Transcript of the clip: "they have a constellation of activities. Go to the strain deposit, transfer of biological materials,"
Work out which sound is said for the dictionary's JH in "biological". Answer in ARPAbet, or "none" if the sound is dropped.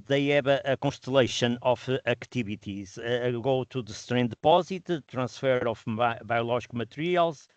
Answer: ZH